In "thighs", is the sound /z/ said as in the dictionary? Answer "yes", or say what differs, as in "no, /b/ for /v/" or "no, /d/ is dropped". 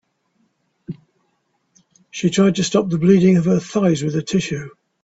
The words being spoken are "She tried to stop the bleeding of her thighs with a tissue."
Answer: yes